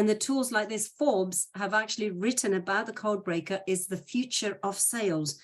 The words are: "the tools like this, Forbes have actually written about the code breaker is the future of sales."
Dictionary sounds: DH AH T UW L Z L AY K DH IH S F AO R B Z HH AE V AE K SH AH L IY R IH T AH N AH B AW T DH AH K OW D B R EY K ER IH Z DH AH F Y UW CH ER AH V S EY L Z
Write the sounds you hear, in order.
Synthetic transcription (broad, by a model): DH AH T UW L Z L AY K DH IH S F AO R B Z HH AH V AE K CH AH L IY R IH T N AH B AW T DH AH K OW D B R EY K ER IH Z DH AH F Y UW CH ER AH V S EY L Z